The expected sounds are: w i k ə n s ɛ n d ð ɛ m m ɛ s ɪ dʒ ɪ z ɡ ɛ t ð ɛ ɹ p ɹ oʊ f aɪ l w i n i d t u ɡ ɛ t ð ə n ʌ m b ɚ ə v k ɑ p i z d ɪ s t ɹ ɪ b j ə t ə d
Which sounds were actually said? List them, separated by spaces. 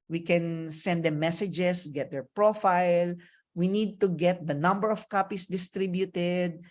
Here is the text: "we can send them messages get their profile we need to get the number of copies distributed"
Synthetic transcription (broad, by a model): w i k ə n s ɛ n d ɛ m m ɛ s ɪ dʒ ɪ s ɡ ɛ t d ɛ ɹ p ɹ oʊ f aɪ l w i n i d t u ɡ ɛ t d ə n ʌ m b ɚ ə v k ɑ p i s d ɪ s t ɹ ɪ b j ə t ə d